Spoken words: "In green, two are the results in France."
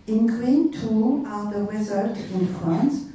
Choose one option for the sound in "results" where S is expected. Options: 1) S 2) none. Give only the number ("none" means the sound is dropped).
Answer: 2